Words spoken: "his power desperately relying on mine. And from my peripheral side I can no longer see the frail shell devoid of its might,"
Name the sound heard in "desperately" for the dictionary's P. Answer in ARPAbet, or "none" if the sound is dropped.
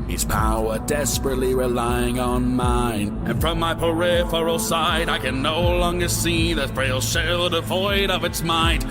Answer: P